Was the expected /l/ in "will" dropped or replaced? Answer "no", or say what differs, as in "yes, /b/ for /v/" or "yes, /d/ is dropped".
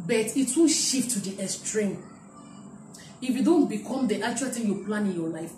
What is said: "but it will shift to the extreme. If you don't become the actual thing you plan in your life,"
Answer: yes, /n/ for /l/